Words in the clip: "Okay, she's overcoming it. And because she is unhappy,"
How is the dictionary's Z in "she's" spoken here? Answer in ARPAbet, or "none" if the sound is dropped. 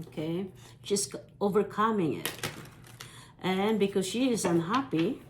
S